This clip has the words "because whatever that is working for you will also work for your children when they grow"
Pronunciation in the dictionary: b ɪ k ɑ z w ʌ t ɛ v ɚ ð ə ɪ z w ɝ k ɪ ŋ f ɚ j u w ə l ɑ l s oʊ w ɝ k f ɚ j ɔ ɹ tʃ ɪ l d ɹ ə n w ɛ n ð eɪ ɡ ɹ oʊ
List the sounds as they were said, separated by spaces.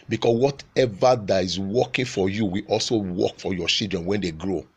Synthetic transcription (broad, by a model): b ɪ k ɑ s w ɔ t ɛ v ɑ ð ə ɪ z w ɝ k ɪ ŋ f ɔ j u w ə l ɑ l s oʊ w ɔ k f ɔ j ɔ tʃ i l d ɹ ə n w ɛ n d eɪ ɡ ɹ oʊ